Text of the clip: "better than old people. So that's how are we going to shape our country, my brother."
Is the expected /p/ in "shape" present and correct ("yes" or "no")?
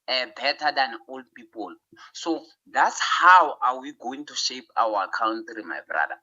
yes